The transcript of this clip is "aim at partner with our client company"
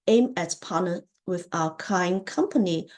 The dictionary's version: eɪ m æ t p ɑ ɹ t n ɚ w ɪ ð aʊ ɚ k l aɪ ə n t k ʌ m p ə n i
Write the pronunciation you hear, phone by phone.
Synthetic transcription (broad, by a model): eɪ m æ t p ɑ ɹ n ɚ w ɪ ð aʊ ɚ k aɪ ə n k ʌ m p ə n i